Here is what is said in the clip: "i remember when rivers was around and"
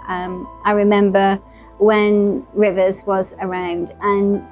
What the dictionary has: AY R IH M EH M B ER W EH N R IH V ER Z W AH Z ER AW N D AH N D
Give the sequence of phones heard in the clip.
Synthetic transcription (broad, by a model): AY R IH M EH M B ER W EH N R IH V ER Z W AH Z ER AW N D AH N